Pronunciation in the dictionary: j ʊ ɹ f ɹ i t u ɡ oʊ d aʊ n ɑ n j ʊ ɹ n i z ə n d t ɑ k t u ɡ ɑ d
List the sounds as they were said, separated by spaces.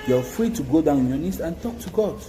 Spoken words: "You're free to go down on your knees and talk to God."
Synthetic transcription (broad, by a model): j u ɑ f ɹ i t u ɡ oʊ d aʊ n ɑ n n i s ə n t ɑ k t u ɡ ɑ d